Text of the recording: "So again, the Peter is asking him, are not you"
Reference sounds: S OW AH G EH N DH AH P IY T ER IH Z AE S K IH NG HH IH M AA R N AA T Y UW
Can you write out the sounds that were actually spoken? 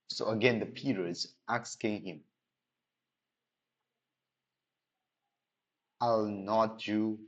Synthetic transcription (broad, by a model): S OW AH G EH N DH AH P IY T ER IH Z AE S K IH NG HH IH M AA L N AA T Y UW